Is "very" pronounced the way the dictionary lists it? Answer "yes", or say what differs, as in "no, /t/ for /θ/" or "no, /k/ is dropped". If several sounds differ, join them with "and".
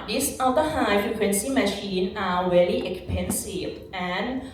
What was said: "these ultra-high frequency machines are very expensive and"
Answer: no, /l/ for /ɹ/